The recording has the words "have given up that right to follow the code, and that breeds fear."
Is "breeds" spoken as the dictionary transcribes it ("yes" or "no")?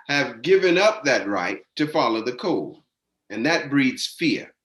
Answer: yes